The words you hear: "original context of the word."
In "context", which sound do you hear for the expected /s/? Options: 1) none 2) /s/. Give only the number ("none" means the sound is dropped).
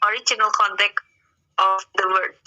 1